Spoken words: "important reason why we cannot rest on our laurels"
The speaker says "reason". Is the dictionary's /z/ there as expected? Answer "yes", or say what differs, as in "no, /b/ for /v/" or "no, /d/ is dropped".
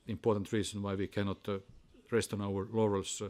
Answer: no, /s/ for /z/